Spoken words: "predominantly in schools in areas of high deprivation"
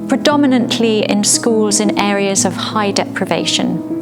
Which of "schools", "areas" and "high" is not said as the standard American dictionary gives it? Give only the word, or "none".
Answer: none